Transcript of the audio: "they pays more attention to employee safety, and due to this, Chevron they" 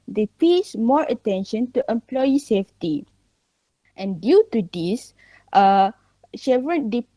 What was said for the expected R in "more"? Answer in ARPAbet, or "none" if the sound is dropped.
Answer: R